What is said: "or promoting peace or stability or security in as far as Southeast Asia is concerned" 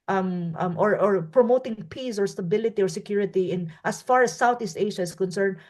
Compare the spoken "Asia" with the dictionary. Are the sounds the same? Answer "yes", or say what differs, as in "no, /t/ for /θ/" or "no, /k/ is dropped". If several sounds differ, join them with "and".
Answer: no, /ʃ/ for /ʒ/